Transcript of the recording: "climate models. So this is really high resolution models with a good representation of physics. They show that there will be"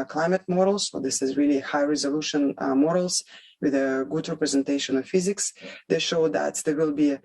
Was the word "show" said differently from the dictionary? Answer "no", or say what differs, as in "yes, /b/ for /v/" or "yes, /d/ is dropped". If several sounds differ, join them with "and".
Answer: no